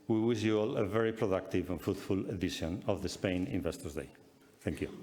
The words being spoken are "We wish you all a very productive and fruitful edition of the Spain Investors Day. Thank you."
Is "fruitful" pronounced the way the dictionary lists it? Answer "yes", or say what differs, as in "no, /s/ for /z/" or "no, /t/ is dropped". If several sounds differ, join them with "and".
no, /ɹ/ is dropped